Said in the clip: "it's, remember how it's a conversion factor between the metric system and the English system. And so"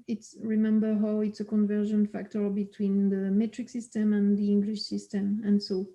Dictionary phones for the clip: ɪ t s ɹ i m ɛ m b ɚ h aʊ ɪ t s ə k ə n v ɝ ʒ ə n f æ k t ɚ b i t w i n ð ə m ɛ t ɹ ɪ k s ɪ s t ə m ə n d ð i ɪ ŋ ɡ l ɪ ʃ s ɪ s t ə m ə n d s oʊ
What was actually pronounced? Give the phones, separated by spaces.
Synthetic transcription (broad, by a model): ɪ t s ɹ i m ɛ m b ɚ h aʊ ɪ t s ə k ə n v ɝ ʒ ə n f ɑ k t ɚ b i t w i n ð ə m ɛ t ɹ ɪ k s ɪ s t ə m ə n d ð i ɪ ŋ ɡ l ɪ ʃ s ɪ s t ə m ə n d s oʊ